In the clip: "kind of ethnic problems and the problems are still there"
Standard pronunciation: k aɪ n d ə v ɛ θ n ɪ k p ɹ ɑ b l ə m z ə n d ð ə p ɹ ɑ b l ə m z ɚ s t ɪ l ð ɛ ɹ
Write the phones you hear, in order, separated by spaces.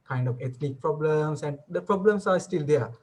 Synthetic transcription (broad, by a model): k aɪ n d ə f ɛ t n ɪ k p ɹ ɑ b l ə m s ə n d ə p ɹ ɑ b l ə m s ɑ s t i l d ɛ